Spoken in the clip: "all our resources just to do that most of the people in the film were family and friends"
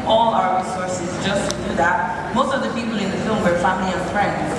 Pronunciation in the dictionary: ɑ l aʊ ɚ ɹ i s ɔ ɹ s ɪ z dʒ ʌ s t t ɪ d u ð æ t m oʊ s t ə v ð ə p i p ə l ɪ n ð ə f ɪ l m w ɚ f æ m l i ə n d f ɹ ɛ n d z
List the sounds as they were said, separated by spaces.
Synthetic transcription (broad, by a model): ɑ l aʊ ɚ ɹ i s ɔ ɹ s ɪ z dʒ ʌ s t t ɪ d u ð æ t m oʊ s t ə v ð ə p i p l ɪ n ð ə f ɪ l m w ɚ f æ m l i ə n f ɹ ɛ n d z